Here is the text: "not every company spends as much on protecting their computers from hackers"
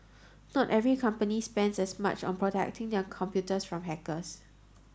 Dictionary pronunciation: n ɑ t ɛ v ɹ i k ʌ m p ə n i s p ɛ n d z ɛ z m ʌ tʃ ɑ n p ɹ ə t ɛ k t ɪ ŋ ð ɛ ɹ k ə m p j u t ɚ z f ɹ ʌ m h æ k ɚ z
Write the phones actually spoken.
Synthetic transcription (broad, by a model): n ɑ t ɛ v ɹ i k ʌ m p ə n i s p ɛ n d s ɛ s m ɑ tʃ ɑ n p ɹ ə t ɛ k t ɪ ŋ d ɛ k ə m p j u t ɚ s f ɹ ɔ m h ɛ k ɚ s